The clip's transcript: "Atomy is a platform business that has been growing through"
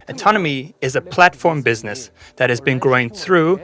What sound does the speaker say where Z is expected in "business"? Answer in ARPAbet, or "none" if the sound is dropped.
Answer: Z